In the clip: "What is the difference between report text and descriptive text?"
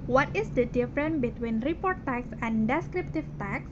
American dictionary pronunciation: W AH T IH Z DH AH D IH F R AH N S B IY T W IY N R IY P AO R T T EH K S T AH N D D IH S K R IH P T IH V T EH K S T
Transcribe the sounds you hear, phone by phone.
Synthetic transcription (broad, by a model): W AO T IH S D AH D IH F R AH N B IY T W IY N R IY P AO R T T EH K S AH N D D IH S K R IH P T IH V T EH K S